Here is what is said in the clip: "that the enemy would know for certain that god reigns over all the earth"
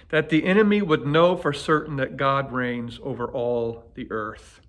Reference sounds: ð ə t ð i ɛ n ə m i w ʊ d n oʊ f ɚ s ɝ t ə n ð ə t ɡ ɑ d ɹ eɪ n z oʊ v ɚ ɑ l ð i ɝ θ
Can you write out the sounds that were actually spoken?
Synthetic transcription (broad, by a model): ð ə t ð i ɛ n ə m i w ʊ d n oʊ f ɚ s ɝ t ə n ð ə t ɡ ɑ d ɹ eɪ n z oʊ v ɚ ɑ l ð i ɝ θ